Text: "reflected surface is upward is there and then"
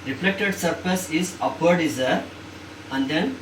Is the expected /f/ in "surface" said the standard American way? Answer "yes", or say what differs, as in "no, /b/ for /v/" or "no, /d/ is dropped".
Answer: no, /p/ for /f/